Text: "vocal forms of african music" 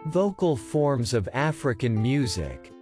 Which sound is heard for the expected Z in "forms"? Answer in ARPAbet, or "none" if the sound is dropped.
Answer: Z